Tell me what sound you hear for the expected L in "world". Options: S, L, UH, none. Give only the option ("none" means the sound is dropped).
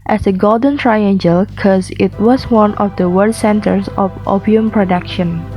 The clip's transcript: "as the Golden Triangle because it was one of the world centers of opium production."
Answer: none